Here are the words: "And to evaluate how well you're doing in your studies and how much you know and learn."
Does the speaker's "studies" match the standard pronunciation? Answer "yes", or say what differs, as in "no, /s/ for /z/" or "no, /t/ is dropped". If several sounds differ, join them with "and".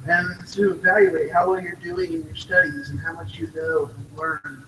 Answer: yes